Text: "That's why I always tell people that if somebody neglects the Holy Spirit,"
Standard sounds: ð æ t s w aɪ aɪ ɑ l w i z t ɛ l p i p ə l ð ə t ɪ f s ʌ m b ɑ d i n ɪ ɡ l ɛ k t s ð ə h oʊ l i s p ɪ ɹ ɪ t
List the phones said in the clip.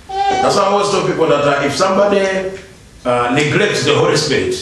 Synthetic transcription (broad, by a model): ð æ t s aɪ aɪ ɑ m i s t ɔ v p i p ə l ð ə t ɪ f s ʌ m b ɑ d i n ɪ ɡ l ɛ k t s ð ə h oʊ l i s p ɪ ɹ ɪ t